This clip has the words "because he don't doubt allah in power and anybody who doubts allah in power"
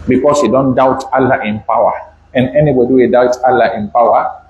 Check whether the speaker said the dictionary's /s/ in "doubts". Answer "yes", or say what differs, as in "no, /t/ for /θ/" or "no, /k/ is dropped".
no, /s/ is dropped